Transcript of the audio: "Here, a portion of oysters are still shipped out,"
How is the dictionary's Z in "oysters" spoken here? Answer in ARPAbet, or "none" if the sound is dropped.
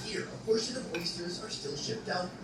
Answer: Z